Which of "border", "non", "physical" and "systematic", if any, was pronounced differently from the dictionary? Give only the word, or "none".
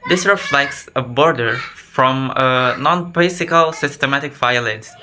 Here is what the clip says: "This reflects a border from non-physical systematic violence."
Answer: physical